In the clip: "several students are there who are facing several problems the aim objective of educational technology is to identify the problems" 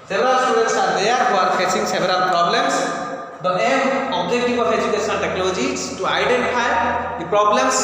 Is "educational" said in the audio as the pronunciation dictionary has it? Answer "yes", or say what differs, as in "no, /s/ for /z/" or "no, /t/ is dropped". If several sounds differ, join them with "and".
no, /n/ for /l/